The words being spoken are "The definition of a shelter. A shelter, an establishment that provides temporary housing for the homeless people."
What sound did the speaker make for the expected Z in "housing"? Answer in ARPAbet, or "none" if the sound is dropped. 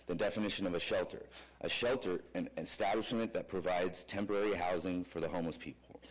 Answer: Z